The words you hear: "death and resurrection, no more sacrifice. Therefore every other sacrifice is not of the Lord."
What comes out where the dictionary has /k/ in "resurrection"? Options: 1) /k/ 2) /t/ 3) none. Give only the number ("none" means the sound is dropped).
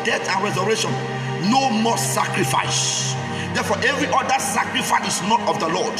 3